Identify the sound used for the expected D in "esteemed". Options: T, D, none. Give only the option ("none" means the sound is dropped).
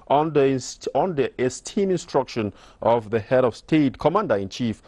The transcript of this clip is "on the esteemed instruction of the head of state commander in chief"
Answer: none